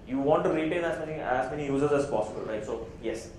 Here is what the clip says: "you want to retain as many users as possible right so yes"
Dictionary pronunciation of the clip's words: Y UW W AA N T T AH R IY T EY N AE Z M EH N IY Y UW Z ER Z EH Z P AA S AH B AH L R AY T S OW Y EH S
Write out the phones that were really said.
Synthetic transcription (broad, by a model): Y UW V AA N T T AH L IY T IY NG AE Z M EH N IY Y UW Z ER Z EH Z P AA S AH B AH L R AY T S OW Y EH S